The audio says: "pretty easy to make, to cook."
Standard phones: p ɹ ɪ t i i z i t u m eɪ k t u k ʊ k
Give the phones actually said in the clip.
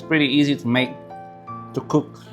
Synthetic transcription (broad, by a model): p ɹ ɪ t i i z i t u m eɪ k t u k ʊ k